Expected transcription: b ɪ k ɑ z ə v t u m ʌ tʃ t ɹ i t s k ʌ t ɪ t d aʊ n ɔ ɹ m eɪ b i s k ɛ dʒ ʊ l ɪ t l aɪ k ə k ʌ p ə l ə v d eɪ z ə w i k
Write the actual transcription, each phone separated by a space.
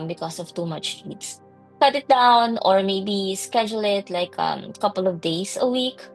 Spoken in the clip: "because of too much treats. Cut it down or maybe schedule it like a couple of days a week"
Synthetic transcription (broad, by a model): b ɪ k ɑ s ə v t u m ʌ tʃ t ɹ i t s k ʌ t ɪ t d aʊ n ɔ ɹ m eɪ b i s k ɛ dʒ ʊ l ɪ t l aɪ k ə k ʌ p ə l ə v d eɪ s ə w i k